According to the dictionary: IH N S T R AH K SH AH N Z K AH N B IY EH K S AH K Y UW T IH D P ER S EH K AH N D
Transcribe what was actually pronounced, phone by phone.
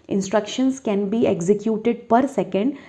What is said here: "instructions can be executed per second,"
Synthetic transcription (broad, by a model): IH N S T R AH K SH AH N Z K AH N B IY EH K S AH K Y UW T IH D P ER S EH K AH N D